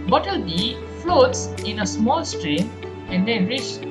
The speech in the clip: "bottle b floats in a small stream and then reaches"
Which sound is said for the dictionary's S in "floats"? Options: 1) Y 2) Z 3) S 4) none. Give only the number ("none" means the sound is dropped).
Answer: 3